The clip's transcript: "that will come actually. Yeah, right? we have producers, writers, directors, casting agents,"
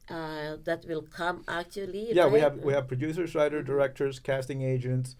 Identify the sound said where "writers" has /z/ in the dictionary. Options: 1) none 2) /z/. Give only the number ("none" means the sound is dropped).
1